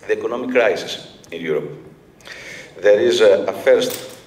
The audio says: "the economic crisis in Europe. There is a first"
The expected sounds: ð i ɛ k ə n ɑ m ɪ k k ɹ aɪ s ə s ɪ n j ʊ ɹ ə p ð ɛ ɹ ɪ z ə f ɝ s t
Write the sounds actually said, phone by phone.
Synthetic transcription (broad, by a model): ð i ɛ k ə n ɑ m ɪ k k ɹ aɪ s ə s ɪ n j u ɹ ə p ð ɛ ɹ ɪ z ə f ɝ s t